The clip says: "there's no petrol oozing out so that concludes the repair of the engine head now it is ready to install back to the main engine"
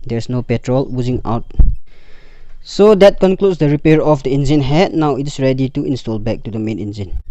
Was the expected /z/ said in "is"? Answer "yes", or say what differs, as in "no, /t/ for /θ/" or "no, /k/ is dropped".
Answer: no, /s/ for /z/